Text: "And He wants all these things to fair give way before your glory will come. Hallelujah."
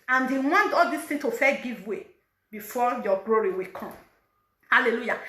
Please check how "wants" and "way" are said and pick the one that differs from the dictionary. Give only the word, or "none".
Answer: wants